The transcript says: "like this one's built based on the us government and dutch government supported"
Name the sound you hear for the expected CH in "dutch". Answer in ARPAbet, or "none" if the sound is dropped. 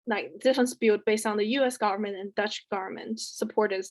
CH